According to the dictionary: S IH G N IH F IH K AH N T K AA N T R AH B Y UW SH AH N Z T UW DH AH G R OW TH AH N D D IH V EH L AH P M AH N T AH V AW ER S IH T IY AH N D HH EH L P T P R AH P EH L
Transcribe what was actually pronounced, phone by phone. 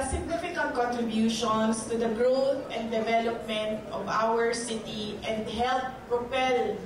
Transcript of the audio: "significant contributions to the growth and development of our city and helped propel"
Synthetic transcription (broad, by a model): S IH G N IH F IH K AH N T K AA N T R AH B Y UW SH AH N S T UW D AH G R OW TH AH N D D IH V EH L AH P M AH N T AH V AW ER S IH T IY AH N D HH EH L T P R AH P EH L